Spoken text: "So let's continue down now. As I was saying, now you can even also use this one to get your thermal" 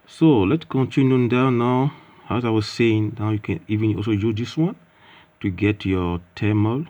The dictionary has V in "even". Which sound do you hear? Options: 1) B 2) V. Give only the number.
2